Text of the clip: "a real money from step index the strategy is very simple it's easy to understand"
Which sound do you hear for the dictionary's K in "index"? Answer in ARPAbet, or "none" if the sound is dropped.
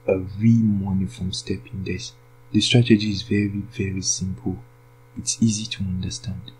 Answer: none